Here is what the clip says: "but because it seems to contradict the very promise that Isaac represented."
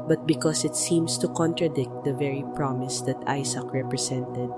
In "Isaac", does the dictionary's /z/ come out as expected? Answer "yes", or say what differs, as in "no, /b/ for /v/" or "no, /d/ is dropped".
no, /s/ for /z/